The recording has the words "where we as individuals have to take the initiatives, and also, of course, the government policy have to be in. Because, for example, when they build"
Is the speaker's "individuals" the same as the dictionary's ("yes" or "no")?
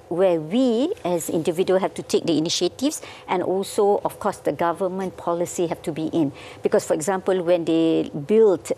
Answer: no